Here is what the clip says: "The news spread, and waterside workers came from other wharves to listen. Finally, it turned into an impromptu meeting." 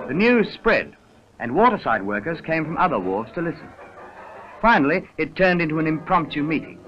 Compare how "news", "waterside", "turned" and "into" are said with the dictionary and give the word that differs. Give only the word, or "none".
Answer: none